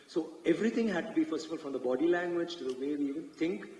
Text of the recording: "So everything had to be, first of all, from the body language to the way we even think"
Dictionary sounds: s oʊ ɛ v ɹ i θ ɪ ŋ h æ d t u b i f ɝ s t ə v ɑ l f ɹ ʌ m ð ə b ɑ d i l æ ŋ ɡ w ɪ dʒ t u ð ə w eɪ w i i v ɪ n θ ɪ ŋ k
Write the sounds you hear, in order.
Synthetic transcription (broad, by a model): s oʊ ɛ v ɹ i t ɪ ŋ h æ d t u b i f ɝ s t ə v ɑ l f ɹ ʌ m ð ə b ɑ d i l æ ŋ ɡ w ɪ dʒ t u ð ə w eɪ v i i v ɪ n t ɪ ŋ k